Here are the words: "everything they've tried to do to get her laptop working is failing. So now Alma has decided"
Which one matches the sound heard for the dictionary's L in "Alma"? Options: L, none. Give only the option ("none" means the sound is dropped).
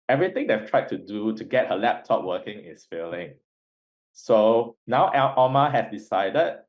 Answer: none